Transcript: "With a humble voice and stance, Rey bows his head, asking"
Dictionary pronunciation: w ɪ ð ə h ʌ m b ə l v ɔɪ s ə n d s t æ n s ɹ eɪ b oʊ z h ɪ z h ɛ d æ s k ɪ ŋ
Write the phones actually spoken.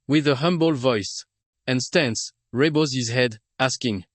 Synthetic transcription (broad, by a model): w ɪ ð ə h ʌ m b ə l v ɔɪ s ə n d s t æ n s ɹ eɪ b oʊ z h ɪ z h ɛ d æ s k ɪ ŋ